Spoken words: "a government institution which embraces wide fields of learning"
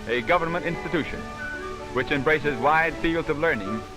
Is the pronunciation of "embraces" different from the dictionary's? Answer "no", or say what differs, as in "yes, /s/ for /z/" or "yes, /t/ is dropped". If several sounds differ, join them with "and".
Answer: no